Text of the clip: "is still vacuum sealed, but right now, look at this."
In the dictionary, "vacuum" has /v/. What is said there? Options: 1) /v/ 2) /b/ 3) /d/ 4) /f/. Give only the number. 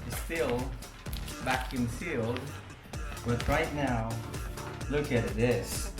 2